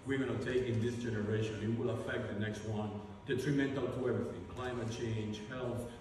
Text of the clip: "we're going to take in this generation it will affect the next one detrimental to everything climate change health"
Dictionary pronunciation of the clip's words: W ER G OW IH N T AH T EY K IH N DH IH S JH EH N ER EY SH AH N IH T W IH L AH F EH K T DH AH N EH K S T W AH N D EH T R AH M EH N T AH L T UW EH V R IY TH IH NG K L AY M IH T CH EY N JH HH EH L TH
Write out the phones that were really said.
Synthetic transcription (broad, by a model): W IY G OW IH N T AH T EY K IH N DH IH S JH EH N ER EY SH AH N IH T W IH L AH F EH K T DH AH N EH K S T W AH N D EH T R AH M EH N T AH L T UW EH V R IY TH IH NG K L AY M IH T CH EY N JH HH EH L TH